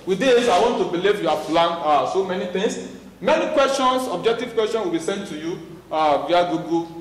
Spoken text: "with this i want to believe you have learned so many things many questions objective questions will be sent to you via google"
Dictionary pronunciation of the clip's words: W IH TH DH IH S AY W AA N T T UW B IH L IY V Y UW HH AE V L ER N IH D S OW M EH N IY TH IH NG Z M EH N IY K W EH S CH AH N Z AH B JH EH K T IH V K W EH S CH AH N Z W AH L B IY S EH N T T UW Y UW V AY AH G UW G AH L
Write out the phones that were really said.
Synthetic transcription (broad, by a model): W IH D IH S AY W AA N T T UW B IH L IY V Y UW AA P L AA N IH S OW M EH N IY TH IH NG S M EH N IY K W EH S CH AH N S AH B JH EH K T IH V K W EH S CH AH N S W AH L B IY S EH N T T UW Y UW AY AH G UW G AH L